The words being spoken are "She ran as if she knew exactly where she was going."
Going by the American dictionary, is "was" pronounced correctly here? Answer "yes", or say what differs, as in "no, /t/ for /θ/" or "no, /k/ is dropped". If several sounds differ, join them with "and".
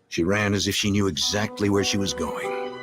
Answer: yes